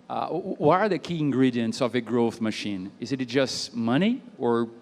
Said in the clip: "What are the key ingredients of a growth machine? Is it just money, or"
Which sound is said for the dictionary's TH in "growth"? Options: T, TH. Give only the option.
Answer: TH